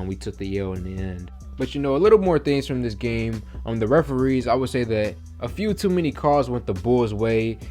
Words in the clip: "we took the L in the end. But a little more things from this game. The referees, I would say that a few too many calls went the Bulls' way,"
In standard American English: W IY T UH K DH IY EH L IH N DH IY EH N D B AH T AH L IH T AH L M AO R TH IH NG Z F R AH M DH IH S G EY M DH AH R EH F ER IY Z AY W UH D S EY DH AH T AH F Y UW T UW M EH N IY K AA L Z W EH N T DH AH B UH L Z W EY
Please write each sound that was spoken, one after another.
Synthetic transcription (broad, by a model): W IY T UH K DH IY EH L IH N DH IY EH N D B AH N AH L IH T L M AO R TH IH NG Z F R AH M DH IH S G EY M DH AH R EH F ER IY Z AY W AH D S EY DH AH T AH F Y UW T UW M EH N IY K AA Z W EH N DH AH B UH L Z W EY